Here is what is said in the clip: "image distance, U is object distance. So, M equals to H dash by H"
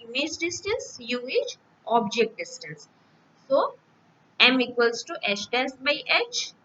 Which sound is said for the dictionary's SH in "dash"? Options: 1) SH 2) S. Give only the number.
2